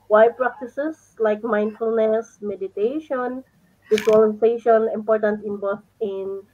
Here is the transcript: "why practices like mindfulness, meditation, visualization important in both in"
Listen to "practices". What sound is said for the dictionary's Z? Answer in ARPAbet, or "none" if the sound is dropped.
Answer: S